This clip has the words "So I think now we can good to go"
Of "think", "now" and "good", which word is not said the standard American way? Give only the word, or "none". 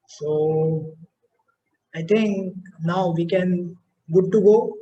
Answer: think